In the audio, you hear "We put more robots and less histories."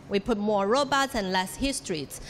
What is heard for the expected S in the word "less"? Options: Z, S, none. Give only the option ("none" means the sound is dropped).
S